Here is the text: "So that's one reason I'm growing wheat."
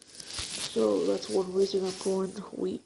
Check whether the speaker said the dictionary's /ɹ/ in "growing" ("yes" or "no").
no